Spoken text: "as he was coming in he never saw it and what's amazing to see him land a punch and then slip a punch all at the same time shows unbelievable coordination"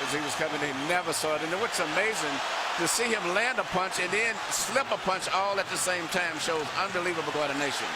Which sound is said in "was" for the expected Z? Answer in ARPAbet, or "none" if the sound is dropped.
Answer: S